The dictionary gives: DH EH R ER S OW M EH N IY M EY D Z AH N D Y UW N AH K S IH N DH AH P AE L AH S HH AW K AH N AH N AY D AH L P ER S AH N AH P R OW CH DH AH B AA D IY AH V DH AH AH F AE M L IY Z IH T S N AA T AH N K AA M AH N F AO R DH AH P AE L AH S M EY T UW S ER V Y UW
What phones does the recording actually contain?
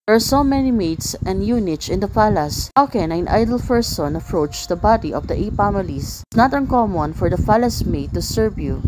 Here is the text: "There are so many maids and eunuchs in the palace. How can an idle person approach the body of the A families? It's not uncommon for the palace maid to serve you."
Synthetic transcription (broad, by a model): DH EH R S OW M EH N IY M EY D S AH N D Y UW N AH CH IH N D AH F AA L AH S HH AW K AH N AH N AY D AH L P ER S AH N AH P R OW CH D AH B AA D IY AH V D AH AH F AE M IY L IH S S N AA T AH N K AA M AH N F AO R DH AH F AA L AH S M EY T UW S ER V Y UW